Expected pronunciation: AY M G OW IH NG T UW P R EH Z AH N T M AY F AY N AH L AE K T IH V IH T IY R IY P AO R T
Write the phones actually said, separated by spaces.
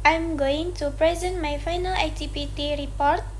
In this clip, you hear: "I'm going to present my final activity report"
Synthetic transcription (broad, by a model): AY M G OW IH NG T UW P R EH Z AH N T M AY F AY N AH L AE T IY P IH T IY R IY P AO R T